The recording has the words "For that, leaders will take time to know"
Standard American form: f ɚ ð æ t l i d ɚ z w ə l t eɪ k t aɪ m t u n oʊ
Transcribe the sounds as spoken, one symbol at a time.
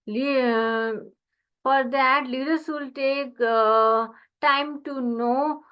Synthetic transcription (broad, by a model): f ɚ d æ t l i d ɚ s w ə l t eɪ k t aɪ m t u n oʊ